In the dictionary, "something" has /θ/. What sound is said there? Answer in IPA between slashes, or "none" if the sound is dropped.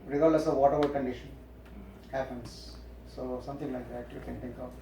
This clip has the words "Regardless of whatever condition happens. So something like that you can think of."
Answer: /t/